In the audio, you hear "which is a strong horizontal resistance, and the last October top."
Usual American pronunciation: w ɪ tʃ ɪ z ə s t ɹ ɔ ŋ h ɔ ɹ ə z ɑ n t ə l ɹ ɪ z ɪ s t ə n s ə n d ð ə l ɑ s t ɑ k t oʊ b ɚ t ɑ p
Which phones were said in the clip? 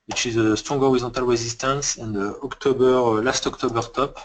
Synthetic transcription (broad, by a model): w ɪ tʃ ɪ z ə s t ɹ ɔ ŋ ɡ ɔ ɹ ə z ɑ t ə l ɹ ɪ z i s t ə n s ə n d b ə l ɑ s t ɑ k t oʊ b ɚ t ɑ p